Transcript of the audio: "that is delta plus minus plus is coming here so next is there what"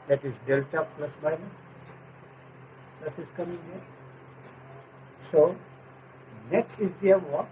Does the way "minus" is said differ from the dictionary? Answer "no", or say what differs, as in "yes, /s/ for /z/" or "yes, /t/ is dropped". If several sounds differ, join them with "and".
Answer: yes, /s/ is dropped